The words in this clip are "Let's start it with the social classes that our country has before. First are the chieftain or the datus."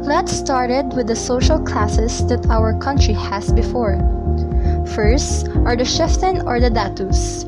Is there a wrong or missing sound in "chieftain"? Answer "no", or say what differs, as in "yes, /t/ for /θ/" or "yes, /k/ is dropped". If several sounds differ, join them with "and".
yes, /ʃ/ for /tʃ/